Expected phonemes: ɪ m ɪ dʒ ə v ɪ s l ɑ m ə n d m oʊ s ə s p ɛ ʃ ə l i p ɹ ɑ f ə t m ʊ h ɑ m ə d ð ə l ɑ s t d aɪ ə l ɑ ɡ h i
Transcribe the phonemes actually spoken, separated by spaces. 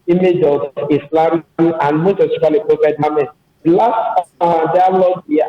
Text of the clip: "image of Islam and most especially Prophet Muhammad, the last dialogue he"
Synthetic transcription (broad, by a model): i m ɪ dʒ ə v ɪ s l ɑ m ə n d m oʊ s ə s i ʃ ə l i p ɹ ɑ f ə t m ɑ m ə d l ɑ s t d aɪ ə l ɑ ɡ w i